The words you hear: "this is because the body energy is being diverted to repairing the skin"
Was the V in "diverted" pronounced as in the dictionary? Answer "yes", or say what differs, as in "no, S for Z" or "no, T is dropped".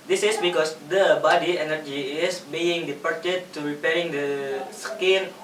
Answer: no, P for V